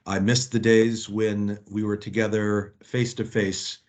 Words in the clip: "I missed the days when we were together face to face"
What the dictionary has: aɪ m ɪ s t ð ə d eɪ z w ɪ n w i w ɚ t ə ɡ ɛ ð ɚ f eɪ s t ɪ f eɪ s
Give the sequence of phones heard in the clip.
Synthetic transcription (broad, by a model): aɪ m ɪ s ð ə d eɪ z w ɪ n w i w ɚ t ə ɡ ɛ ð ɚ f eɪ s t ɪ f eɪ s